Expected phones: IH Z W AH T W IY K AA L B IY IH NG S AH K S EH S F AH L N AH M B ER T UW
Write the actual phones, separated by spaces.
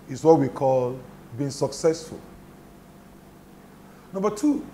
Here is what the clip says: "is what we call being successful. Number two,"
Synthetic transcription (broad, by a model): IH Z W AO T W IY K AA L B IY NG S AH K S EH S F AH L N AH M B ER T UW